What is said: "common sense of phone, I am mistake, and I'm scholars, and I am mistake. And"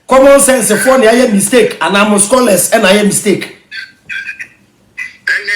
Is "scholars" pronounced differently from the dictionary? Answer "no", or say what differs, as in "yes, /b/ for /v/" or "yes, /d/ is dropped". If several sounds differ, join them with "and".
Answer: yes, /s/ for /z/